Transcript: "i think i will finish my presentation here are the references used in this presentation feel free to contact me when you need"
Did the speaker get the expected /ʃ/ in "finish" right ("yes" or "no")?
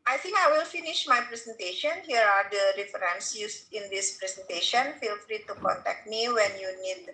yes